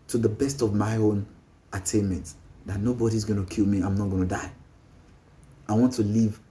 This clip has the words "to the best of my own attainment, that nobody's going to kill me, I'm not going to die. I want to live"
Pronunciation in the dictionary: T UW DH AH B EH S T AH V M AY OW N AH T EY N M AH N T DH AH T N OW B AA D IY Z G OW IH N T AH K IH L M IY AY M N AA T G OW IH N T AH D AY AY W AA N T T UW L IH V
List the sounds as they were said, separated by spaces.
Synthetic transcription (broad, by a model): T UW DH AH B EH S T AH V M AY OW N AH T EY N M AH N T DH AH T N OW B AA D IY Z G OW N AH K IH L M IY AY M N AA T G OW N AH D AY AY W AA N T T UW L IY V